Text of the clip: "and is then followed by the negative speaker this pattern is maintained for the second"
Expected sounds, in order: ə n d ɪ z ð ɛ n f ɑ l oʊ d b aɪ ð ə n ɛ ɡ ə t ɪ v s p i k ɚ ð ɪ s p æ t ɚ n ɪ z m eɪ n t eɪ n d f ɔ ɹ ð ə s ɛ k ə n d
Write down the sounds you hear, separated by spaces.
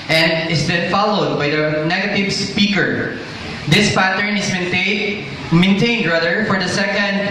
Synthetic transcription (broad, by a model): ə n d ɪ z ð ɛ n f ɑ l oʊ d b aɪ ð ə n ɛ ɡ ə t ɪ v s p i k ɚ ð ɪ s p æ t ɚ n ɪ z m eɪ n t eɪ n d f ɔ ɹ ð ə s ɛ k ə n d